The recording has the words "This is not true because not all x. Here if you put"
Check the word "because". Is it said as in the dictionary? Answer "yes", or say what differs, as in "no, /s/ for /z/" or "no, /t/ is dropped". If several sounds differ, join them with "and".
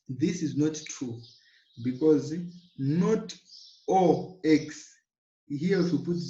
yes